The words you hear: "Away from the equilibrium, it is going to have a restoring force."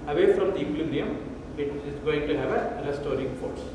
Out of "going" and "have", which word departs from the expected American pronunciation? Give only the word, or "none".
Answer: none